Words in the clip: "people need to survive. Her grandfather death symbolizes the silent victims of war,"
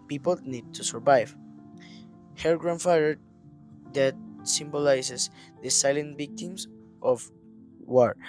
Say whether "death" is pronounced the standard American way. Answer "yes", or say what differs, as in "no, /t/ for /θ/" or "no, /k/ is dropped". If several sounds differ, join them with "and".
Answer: no, /t/ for /θ/